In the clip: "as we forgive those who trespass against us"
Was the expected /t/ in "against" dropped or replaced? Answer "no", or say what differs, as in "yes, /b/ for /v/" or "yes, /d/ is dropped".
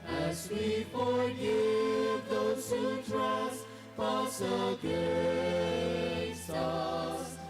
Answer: yes, /t/ is dropped